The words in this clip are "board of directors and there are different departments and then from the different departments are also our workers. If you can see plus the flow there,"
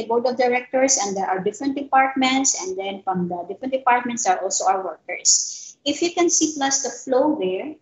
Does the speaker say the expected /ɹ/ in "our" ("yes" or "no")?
no